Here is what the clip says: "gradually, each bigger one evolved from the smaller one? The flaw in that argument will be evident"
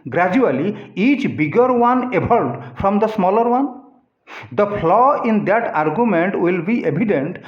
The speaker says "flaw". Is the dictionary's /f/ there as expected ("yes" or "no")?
no